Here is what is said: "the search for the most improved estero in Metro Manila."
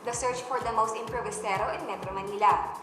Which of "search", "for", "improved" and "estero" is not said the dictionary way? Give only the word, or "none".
improved